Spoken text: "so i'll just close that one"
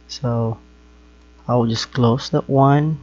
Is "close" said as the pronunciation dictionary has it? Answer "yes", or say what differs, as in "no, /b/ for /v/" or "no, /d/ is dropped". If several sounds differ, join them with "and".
yes